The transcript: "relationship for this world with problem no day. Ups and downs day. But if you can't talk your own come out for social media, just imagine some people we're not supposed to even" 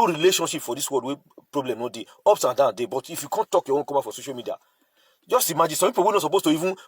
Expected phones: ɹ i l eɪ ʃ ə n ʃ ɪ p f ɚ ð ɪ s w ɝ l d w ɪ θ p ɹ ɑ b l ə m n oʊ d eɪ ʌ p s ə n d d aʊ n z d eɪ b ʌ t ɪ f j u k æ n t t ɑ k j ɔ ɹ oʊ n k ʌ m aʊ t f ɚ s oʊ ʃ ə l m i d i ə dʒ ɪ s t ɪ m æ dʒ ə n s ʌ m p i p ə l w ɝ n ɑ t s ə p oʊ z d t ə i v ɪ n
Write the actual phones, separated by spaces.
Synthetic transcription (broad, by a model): ɹ i l eɪ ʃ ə n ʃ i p f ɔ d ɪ s w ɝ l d w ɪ p ɹ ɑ b l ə m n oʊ d eɪ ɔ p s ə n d d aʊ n d eɪ b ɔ t ɪ f j u k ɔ n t t ɑ k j ɔ w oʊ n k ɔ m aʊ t f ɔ s oʊ ʃ ə l m i d i ə dʒ ɪ s t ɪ m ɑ dʒ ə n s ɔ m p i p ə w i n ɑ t s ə p oʊ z t ə i v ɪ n